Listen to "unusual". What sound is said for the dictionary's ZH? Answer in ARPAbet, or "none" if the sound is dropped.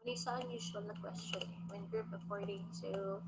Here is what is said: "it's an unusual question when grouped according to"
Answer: S